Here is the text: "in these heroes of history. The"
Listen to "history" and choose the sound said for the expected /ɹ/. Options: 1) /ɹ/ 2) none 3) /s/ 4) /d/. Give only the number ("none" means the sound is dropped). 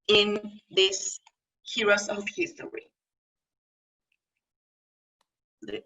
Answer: 2